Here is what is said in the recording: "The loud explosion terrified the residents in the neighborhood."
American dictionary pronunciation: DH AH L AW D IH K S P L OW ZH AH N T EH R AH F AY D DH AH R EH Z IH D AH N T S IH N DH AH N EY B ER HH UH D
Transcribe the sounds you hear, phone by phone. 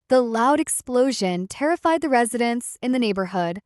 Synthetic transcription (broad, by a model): DH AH L AW D IH K S P L OW ZH AH N T EH R AH F AY D DH AH R EH Z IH D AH N S IH N DH AH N EY B ER HH UH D